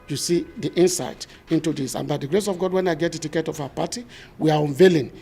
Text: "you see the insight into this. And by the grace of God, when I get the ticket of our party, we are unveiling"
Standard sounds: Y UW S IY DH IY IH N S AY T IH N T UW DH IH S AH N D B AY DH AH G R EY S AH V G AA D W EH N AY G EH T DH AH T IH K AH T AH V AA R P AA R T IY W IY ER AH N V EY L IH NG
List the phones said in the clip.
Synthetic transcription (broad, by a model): Y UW S IY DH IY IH N S AY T IH N T UW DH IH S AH N B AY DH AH G R EY S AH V G AA D W EH N AY G EH T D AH T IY K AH T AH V AA W P AA T IY W IY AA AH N V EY L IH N